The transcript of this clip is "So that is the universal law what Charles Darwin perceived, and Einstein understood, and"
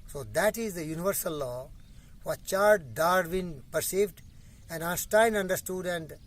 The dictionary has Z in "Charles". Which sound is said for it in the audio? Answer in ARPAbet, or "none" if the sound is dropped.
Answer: none